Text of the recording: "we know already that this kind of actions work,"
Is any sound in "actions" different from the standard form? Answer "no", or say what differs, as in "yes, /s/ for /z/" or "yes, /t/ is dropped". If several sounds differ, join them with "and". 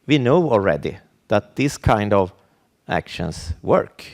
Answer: yes, /s/ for /z/